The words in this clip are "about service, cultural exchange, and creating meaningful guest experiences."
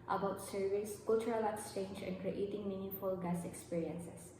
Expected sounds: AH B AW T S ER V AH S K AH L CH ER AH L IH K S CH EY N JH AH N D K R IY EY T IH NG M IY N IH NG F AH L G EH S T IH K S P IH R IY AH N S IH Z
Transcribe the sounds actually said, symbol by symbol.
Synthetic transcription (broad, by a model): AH B AW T S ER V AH S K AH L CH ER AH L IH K S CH EY N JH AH N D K R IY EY T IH NG M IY N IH F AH L G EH S IH K S P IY R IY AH N S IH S